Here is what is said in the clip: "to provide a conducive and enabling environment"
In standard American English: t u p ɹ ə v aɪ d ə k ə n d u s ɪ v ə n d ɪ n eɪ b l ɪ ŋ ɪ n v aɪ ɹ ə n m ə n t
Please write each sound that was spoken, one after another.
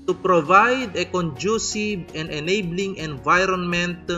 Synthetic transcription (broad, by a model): t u p ɹ ə v aɪ d ə k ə n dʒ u s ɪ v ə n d ɪ n eɪ b l ɪ ŋ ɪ n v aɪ ɹ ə n m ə n t